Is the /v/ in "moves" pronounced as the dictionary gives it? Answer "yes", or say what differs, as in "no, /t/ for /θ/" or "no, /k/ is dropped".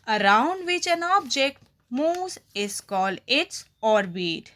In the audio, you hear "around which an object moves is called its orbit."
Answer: no, /v/ is dropped